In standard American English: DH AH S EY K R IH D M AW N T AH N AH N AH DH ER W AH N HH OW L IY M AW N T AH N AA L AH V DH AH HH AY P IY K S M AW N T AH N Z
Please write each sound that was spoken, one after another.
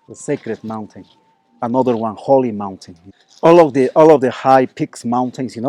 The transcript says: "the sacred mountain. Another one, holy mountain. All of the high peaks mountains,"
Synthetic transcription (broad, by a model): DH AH S EY K R IH D M AW N T AH N AH N AH DH ER W AH N HH OW L IY M AW N T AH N AA L AH V DH AH HH AY P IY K S M AW N T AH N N